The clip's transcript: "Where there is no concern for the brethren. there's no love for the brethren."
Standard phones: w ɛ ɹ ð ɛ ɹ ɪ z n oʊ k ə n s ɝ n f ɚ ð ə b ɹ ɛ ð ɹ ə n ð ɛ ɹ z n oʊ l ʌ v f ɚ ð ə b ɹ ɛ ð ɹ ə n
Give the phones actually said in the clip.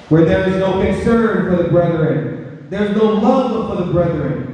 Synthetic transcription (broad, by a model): w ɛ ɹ ð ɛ ɹ ɪ z n oʊ k ə n s ɝ n f ɚ ð ə b ɹ ɛ ð ɹ ə n ð ɛ ɹ z n oʊ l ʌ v f ɚ ð ə b ɹ ɛ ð ɹ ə n